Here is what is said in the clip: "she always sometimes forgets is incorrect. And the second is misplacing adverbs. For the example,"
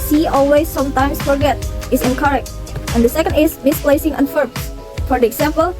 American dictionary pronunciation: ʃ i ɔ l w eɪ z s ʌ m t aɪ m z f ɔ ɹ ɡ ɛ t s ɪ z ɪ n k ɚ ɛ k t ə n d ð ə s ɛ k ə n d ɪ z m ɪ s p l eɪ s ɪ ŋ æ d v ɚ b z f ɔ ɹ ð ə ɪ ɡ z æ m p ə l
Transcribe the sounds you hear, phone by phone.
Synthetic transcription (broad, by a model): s i ɔ l w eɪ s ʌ m t aɪ m s f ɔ ɹ ɡ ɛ t ɪ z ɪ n k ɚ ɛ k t ə n d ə s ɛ k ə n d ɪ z m ɪ s p l eɪ s ɪ ŋ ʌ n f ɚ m f ɔ ɹ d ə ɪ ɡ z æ m p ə l